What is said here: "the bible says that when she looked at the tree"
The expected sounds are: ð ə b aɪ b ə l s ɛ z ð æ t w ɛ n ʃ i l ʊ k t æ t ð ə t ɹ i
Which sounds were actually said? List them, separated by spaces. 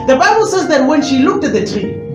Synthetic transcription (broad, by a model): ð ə b aɪ b ə l s ɛ z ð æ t w ɛ n ʃ i l ʊ k t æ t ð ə t ɹ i